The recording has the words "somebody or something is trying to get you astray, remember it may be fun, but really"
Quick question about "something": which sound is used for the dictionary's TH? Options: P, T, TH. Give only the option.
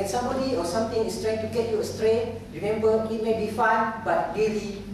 T